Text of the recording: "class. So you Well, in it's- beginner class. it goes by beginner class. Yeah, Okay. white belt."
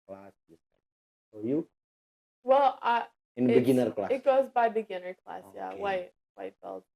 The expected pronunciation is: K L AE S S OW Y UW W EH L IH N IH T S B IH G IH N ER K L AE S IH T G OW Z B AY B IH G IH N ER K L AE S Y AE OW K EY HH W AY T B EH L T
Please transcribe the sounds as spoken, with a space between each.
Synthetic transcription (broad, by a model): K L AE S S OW Y UW W EH L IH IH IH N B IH G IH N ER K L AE IH T G OW Z B AY B IH G IH N ER K L AE S Y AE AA IH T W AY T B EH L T